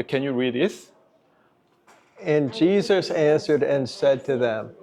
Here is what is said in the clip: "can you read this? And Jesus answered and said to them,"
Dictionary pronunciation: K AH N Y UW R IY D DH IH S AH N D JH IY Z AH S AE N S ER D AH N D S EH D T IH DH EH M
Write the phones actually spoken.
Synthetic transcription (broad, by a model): K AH N Y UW R IY D DH IH S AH N JH IY Z AH S AE N S ER D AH N S EH D T IH DH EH M